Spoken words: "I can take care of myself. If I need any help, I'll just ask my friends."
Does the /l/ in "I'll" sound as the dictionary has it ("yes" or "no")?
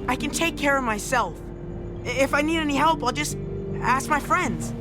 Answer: yes